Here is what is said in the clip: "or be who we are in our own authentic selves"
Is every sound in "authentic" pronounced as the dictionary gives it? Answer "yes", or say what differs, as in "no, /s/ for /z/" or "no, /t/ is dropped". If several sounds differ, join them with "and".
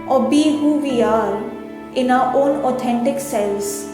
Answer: no, /t/ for /θ/